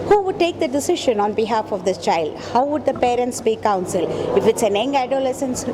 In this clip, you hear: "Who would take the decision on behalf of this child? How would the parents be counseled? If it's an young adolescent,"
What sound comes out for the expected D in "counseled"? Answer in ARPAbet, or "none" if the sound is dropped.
none